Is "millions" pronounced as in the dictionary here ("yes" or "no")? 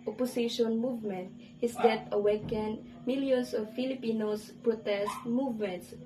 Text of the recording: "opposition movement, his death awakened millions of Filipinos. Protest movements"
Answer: no